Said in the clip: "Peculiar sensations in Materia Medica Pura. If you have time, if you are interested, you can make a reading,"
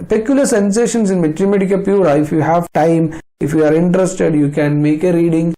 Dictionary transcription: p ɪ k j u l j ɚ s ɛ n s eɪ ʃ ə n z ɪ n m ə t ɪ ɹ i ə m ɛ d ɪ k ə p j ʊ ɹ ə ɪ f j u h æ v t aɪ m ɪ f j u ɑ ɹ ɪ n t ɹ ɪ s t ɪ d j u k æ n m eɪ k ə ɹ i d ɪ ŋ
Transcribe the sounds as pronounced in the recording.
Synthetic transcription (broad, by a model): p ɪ k j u l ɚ s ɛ n s eɪ ʃ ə n s ɪ n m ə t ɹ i m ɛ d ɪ k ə p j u ɹ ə ɪ f j u h æ v t aɪ m ɪ f j u ɑ ɹ ɪ n t ɹ ɪ s t ɪ d j u k æ n m eɪ k ə ɹ i d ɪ ŋ